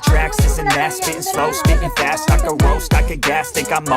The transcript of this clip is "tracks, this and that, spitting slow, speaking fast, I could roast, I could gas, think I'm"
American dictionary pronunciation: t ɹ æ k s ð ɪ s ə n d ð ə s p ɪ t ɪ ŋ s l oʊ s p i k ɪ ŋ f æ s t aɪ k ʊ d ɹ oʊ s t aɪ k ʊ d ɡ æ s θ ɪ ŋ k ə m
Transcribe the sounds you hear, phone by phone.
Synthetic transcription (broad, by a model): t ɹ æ k s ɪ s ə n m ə s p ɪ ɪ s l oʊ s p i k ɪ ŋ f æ s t aɪ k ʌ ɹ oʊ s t aɪ k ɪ ɡ æ s t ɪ k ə m